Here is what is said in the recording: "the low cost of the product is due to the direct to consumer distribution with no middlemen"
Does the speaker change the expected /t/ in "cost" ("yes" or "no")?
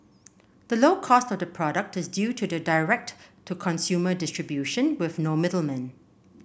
no